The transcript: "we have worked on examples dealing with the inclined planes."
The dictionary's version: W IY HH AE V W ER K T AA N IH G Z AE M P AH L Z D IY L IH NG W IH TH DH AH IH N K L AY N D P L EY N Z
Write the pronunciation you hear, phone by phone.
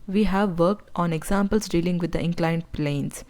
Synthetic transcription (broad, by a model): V IY HH AE V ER K T AA N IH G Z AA M P AH L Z D IY L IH NG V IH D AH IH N K L AY N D P L EY N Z